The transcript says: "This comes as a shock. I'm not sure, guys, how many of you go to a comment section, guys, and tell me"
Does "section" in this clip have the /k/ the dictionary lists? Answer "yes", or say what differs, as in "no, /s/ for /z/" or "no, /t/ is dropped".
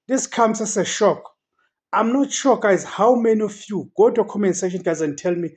no, /k/ is dropped